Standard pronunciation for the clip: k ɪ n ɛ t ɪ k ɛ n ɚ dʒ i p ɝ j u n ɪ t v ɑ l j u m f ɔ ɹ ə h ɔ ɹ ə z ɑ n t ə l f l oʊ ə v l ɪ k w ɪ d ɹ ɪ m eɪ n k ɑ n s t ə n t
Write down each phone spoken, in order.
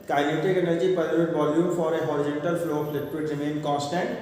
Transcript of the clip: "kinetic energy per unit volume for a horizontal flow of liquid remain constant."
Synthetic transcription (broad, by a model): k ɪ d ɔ t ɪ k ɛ n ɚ dʒ i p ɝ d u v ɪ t v ɑ l j u m f ɔ ɹ ə h ɔ ɹ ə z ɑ n t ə l f l oʊ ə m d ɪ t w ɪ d ɹ ɪ m eɪ n k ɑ n s t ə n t